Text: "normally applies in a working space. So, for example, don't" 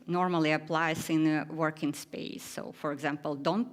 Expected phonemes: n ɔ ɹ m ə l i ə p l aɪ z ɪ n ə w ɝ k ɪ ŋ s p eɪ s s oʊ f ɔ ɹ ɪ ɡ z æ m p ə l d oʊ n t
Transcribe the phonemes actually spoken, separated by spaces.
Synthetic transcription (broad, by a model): n ɔ ɹ m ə l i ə p l aɪ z ɪ n ə w ɝ k ɪ ŋ s p eɪ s s oʊ f ɔ ɹ ɪ ɡ z æ m p ə l d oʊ n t